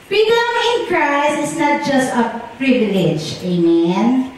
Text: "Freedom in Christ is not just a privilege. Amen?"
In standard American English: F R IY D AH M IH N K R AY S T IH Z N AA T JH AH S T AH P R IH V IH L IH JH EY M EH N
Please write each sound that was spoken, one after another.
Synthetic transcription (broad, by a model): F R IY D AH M IH N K R AY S IH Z N AA T JH AH S T AH P R IH V IH L IH JH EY M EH N